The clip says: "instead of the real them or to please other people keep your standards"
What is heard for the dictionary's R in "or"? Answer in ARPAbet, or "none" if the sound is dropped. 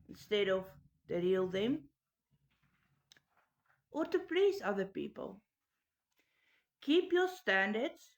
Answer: R